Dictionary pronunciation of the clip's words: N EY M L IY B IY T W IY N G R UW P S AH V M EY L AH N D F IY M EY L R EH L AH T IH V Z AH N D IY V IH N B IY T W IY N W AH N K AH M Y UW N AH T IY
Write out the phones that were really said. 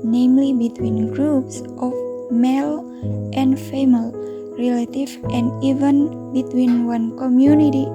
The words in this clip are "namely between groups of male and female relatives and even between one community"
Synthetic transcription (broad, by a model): N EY M L IY B IY T W IY N G R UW P S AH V M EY L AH N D F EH M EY L R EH L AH T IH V AH N D IY V IH N B IY T W IY N W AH N K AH M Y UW N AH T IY